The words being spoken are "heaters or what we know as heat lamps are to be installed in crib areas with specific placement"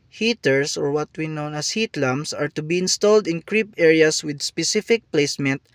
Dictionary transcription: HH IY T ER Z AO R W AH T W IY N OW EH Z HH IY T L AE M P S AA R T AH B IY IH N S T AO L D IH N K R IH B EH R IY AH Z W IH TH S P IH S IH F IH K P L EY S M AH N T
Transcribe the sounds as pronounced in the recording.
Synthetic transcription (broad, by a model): HH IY T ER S AO R W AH T W IY N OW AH S HH IY T L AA M S AA R T AH B IY IH N S T AO L D IH N K R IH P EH R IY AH S W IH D S P IH S IH F IH K P L EY S M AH N T